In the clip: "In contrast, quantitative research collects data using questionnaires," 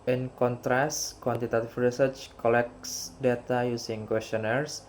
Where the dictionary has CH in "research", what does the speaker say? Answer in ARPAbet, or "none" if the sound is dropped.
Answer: CH